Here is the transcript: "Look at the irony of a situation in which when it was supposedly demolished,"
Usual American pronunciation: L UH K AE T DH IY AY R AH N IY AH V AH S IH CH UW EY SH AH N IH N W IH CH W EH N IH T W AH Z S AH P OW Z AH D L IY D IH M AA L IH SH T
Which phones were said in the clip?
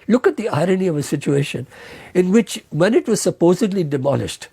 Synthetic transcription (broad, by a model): L UH K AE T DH IY AY R AH N IY AH V AH S IH CH UW EY SH AH N IH N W IH CH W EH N IH T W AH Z S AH P OW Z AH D L IY D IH M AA L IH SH T